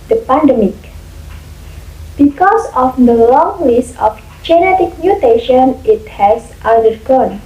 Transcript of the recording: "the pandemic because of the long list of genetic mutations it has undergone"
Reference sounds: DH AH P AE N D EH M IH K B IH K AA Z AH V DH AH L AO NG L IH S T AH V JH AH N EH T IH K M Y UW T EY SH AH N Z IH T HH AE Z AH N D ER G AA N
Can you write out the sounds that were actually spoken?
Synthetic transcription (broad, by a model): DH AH P AE N D EH M IH K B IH K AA S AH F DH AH L AO NG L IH S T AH F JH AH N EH T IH K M Y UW T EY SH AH N IH T HH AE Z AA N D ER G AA N